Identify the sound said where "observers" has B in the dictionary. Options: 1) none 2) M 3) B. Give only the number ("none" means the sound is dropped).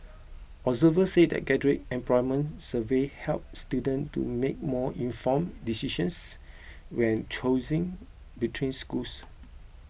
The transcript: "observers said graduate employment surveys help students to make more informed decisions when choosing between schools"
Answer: 1